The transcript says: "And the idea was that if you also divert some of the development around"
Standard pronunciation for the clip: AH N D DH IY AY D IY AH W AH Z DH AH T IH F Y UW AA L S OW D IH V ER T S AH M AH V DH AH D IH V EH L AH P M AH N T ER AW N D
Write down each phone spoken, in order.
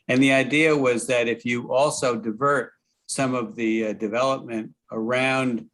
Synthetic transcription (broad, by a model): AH N DH IY AY D IY AH W AH Z DH AH T IH F Y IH AA L S OW D IH V ER T S AH M AH V DH AH D IH V EH L AH P M AH N T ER AW N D